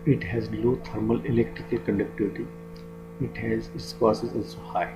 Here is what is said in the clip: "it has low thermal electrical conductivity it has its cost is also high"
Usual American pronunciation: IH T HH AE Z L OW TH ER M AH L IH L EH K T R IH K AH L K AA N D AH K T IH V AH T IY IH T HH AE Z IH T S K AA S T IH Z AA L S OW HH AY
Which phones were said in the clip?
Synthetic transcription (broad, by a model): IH T HH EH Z L OW T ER M AH L IH L EH K T R IH K AH L K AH N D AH K T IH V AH T IY IH T HH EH Z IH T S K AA S IH Z AA L S OW HH AY